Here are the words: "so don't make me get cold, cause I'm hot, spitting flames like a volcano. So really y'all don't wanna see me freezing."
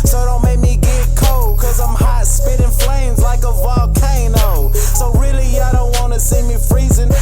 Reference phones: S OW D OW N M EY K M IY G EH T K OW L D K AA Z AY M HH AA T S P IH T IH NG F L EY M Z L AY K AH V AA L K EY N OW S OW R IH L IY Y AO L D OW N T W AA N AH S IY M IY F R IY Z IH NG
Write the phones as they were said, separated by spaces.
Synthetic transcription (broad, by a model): S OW D OW N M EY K M IY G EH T K OW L K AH Z AY M HH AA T S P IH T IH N F L EY M Z L AY K AH V AA L K EY N OW S OW R IH L IY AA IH D OW N T W AA N AH S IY M IY F R IY Z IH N